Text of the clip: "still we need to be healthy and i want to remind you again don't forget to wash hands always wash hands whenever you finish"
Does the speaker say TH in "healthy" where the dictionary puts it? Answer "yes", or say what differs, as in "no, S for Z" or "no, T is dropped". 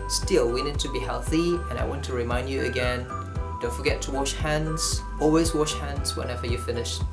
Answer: yes